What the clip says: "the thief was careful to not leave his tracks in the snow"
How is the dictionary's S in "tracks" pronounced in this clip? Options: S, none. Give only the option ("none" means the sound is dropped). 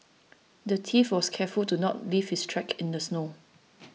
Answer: none